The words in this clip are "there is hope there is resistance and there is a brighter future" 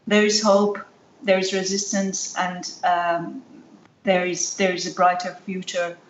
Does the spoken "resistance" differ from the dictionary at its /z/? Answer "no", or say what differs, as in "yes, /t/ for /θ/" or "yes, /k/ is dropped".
no